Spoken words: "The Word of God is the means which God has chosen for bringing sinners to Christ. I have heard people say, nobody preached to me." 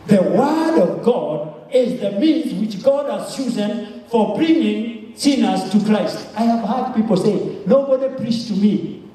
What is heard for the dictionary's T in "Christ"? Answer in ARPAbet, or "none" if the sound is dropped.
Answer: T